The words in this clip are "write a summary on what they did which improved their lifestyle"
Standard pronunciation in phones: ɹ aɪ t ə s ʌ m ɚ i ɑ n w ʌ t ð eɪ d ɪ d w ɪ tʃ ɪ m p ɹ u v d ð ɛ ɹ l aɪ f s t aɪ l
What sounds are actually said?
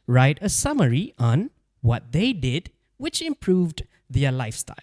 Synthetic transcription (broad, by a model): ɹ aɪ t ə s ʌ m ɚ i ɑ n w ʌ t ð eɪ d ɪ d w ɪ tʃ ɪ m p ɹ u v d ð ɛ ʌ l aɪ f s t aɪ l